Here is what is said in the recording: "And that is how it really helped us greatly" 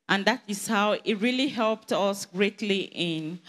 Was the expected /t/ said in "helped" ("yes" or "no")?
yes